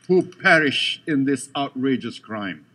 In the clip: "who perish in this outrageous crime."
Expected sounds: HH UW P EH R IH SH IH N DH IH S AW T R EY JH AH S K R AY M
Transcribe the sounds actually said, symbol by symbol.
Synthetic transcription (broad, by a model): HH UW P EH R IH SH IH N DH IH S AW T R EY JH AH S K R AY M